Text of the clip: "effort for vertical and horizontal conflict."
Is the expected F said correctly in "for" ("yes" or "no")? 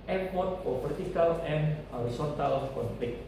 no